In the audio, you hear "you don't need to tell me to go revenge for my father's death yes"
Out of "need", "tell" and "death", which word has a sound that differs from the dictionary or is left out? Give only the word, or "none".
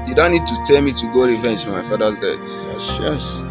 death